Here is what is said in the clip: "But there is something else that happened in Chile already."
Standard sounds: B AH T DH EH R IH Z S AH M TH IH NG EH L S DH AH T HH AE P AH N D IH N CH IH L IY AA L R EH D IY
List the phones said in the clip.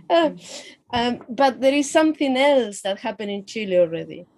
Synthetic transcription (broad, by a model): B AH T DH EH R IH Z S AH M TH IH NG EH L S DH AH T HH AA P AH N IH N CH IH L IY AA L R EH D IY